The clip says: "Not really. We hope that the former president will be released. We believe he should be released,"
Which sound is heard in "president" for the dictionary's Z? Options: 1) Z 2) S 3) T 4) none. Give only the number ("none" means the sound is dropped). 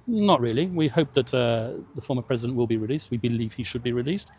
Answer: 1